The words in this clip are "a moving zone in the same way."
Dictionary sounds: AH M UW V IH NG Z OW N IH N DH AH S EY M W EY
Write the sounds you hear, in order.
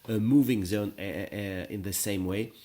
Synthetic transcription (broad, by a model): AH M UW V IH NG Z OW N IH N DH AH S EY M W EY